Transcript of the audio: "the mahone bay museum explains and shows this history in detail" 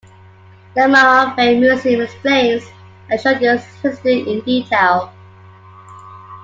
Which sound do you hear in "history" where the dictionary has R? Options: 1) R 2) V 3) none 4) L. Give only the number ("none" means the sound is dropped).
3